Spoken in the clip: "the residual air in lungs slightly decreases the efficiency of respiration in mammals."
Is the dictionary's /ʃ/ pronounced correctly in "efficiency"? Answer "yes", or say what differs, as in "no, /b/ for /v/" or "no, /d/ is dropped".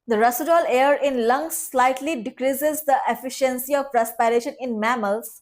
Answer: yes